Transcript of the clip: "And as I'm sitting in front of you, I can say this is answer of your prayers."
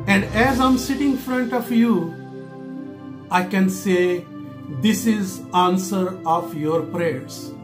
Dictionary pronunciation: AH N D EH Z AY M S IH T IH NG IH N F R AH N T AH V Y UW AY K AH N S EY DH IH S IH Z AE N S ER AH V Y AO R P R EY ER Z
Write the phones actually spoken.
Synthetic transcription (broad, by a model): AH N D EH Z AY M S IH T IH NG F R AH N T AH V Y UW AY K AH N S EY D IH S IH Z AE N S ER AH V Y AO R P R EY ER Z